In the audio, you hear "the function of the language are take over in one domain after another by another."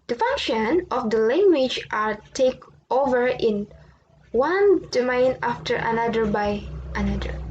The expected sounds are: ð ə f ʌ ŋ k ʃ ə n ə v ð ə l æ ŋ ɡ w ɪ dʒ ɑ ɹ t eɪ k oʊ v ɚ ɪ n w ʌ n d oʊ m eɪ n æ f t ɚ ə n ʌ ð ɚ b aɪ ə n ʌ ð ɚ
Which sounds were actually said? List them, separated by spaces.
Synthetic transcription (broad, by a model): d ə f ʌ ŋ k ʃ ə n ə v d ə l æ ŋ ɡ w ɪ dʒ ɑ ɹ t eɪ k oʊ v ɚ ɪ n w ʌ n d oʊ m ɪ n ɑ f t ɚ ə n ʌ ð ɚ b aɪ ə n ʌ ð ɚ